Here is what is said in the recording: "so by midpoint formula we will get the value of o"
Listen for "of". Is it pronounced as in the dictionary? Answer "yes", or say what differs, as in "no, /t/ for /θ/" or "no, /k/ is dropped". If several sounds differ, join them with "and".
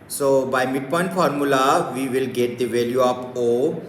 no, /p/ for /v/